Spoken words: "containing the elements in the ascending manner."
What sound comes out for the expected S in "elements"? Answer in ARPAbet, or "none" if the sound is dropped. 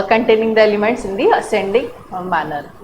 S